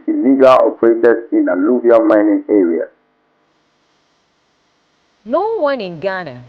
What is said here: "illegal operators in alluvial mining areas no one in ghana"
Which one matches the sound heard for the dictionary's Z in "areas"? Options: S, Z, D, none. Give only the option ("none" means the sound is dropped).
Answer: none